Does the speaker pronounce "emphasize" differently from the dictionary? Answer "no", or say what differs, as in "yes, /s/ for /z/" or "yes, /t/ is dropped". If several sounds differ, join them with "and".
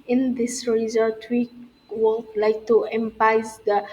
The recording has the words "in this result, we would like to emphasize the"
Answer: yes, /p/ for /f/ and /s/ is dropped